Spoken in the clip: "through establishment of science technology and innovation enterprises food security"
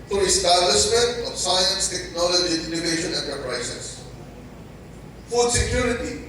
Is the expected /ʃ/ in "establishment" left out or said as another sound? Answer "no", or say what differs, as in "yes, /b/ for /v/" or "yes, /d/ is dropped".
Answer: yes, /s/ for /ʃ/